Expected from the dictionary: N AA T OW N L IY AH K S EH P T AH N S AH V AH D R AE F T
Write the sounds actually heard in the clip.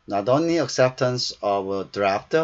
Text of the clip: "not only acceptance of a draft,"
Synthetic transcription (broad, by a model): N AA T OW N L IY AH K S EH P T AH N S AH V AH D R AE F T